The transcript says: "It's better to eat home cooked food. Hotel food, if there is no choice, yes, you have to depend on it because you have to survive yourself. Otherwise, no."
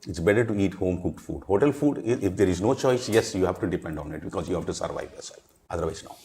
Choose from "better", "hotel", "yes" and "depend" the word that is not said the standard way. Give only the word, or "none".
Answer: none